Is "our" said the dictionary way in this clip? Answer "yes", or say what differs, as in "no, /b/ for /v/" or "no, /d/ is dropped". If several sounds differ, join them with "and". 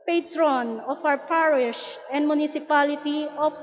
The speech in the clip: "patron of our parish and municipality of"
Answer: no, /w/ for /ɹ/